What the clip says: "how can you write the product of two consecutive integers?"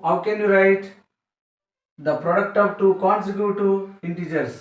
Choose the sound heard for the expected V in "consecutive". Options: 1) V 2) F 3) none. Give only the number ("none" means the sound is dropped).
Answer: 3